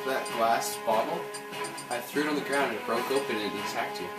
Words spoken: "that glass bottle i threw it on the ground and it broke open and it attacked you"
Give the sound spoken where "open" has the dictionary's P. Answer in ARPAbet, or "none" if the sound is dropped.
none